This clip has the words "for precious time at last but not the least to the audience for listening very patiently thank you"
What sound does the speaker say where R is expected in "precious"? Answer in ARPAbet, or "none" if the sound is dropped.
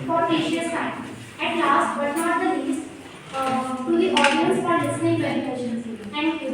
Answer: none